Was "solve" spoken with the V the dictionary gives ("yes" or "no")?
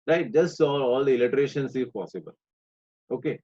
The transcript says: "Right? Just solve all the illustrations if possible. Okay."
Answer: no